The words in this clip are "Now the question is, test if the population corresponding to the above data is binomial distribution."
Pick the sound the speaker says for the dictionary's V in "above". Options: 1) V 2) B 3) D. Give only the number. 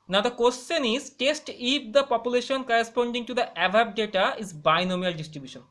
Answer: 2